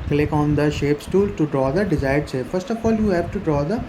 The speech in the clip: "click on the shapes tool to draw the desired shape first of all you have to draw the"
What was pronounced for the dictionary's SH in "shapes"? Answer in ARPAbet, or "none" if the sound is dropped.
SH